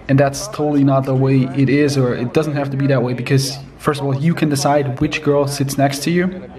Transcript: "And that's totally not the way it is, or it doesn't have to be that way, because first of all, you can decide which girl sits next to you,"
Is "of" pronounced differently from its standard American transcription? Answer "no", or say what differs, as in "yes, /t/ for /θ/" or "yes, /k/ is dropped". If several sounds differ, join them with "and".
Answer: no